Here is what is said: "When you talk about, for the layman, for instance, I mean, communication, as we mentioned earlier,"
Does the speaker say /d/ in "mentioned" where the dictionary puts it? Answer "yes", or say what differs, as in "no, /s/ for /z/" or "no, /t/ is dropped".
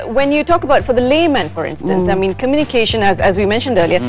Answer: yes